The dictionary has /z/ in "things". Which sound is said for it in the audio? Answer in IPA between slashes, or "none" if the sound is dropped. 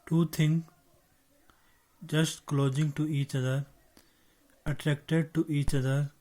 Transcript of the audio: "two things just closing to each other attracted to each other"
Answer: none